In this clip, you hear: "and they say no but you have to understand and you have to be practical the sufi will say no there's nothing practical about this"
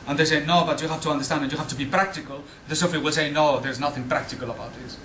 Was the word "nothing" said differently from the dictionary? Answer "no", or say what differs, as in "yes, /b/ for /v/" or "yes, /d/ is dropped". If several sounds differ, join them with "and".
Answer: no